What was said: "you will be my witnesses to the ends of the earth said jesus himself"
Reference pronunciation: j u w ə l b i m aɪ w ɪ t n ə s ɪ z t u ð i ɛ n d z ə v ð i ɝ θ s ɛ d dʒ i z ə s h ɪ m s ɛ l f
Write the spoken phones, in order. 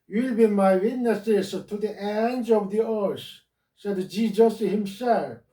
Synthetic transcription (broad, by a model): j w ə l b i m aɪ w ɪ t n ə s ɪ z t u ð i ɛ n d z ə v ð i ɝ s s ɛ d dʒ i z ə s h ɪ m s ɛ l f